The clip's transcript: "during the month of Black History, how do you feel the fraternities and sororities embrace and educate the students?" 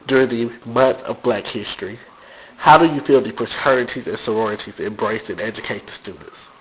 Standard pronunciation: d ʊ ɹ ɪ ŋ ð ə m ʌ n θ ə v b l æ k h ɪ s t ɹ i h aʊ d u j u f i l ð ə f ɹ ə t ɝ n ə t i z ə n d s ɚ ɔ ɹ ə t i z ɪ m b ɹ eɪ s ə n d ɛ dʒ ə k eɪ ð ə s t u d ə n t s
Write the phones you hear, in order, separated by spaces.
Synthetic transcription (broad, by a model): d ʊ ɹ ɪ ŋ ð ə m ʌ n θ ə v b l æ k h ɪ s t ɹ i h aʊ d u j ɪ f i l ð ə p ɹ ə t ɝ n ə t i z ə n s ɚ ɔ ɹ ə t i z ɪ m b ɹ eɪ s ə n ɛ dʒ ə k eɪ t s t u d n t s